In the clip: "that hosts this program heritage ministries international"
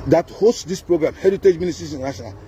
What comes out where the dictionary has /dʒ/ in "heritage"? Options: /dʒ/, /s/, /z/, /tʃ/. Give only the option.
/dʒ/